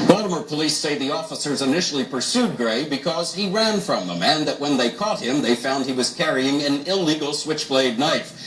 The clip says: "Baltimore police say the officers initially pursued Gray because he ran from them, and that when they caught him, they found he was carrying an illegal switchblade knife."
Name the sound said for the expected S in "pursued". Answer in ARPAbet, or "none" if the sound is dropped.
S